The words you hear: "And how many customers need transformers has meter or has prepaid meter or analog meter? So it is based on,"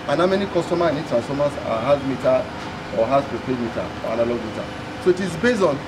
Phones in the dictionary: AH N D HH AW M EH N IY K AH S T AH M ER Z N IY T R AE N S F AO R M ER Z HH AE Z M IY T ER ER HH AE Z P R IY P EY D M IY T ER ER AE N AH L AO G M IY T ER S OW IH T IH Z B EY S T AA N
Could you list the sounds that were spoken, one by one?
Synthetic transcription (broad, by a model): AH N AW M EH N IY K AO S T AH M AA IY N IY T R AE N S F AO M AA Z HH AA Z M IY T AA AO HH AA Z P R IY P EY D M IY T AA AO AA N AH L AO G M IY T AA S OW IH T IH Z B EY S AA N